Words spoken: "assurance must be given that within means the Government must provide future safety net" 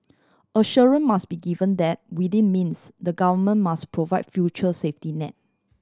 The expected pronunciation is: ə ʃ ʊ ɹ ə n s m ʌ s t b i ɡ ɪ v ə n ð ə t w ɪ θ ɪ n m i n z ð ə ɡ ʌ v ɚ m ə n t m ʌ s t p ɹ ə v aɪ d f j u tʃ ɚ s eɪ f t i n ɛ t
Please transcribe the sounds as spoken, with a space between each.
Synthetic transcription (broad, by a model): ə ʃ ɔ ɹ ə n m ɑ s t b i ɡ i v ə n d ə t w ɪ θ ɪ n m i n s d ə ɡ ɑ v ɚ m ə n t m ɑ s p ɹ ə v aɪ d f j u tʃ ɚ s eɪ f t i n ɛ t